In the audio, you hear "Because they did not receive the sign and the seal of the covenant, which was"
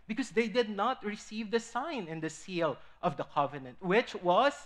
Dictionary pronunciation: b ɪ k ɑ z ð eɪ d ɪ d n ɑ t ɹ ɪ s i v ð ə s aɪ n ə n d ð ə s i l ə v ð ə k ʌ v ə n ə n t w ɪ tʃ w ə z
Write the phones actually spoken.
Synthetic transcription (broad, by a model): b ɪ k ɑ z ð eɪ d ɪ d n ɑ t ɹ ɪ s i v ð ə s aɪ n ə n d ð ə s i l ə v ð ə k ʌ v ə n ə n t w ɪ tʃ w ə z